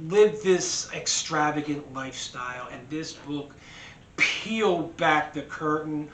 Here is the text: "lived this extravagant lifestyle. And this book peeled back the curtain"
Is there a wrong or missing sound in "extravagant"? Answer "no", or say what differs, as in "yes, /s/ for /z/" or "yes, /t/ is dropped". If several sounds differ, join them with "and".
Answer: no